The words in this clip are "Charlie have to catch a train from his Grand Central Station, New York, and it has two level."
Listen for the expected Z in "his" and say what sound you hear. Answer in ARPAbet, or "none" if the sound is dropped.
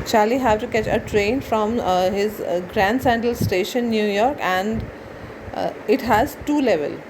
Z